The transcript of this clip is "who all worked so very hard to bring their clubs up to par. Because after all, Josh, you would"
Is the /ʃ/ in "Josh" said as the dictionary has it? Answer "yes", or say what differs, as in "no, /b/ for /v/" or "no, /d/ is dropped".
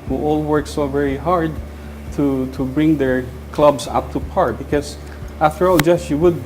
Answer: no, /s/ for /ʃ/